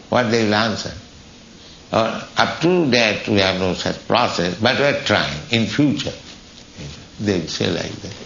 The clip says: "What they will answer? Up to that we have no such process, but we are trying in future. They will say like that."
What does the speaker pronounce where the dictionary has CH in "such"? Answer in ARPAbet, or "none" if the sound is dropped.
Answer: CH